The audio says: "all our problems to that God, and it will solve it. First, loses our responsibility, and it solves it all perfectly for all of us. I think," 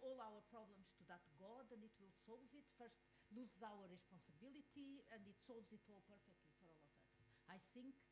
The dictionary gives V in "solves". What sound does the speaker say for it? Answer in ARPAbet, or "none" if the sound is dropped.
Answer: V